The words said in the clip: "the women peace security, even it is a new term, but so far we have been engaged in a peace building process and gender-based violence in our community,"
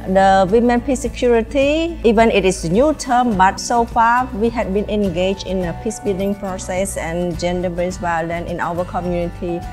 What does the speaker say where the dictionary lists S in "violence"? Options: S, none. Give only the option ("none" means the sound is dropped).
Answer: none